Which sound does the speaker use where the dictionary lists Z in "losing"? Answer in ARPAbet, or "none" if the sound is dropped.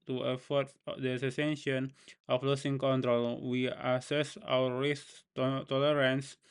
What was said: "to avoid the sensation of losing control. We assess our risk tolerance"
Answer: S